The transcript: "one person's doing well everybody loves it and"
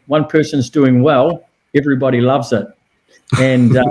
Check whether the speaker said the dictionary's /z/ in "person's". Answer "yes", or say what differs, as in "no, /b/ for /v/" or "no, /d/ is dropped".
yes